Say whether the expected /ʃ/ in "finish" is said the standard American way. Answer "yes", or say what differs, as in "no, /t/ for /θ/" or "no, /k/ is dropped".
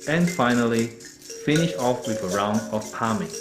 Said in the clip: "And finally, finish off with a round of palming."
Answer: yes